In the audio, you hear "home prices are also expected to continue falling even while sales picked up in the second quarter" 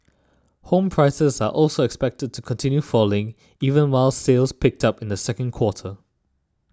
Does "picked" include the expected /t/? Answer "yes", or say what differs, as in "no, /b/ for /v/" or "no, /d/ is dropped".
yes